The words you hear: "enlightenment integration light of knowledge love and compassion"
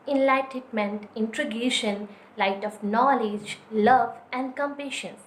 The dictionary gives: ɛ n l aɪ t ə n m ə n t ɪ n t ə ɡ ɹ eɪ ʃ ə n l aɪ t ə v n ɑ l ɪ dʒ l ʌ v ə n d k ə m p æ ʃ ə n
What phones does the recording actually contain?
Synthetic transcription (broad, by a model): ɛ n l aɪ t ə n m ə n t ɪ n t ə ɡ eɪ ʃ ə n l aɪ t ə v n ɑ l ɪ dʒ l ʌ v ə n d k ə m p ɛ ʃ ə n